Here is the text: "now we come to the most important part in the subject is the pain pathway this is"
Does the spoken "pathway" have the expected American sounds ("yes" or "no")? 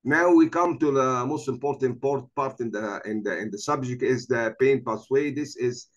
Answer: no